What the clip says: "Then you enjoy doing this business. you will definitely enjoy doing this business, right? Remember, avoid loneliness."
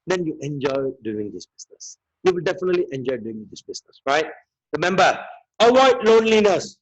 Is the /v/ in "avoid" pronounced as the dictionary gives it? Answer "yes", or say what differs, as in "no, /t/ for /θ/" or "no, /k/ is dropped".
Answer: no, /w/ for /v/